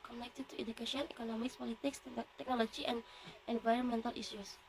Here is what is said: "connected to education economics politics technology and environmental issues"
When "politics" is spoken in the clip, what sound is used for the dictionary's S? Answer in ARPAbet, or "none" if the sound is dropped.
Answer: S